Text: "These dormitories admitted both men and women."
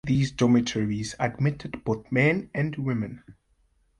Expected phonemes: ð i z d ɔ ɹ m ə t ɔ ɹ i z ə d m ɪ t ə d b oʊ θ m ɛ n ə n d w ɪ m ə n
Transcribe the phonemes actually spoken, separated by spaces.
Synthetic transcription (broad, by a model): ð i z d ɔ m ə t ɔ ɹ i z ə d m ɪ t ə d b oʊ θ m ɛ n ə n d w ɪ m ə n